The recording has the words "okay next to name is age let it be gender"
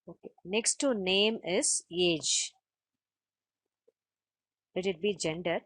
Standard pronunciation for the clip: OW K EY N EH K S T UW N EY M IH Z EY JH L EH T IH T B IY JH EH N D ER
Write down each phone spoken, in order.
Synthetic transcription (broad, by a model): OW K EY N EH K S T UW N EY M IH Z EY JH L EH T IH T B IY JH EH N D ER